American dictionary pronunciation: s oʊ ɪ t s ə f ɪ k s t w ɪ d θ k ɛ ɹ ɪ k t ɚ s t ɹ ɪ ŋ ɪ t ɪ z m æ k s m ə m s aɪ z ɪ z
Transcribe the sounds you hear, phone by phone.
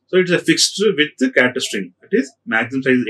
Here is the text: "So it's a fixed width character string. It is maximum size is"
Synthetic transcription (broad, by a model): s oʊ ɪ t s ə f ɪ k s t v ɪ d k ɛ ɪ t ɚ s t ɹ ɪ ŋ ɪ t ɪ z m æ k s ə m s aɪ ɪ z